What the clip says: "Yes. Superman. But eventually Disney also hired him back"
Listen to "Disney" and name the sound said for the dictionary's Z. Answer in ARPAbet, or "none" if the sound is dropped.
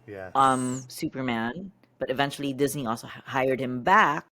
Z